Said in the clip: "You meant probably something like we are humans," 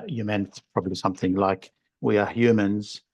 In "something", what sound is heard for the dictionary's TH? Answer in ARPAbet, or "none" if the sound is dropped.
TH